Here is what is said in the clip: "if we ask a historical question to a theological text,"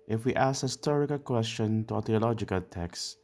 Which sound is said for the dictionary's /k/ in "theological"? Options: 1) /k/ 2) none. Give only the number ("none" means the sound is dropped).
1